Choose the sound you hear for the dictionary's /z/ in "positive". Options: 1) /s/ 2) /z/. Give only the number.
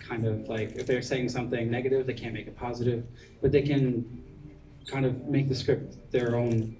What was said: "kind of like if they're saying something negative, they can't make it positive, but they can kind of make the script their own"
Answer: 2